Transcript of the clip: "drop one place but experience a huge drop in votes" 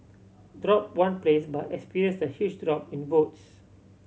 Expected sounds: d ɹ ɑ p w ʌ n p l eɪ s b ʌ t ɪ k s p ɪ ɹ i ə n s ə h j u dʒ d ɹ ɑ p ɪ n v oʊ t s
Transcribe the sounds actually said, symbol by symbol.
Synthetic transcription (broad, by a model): d ɹ ɑ p w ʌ n p l eɪ s b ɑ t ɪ k s p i ɹ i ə n s ə h j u tʃ d ɹ ɑ p ɪ n b oʊ t s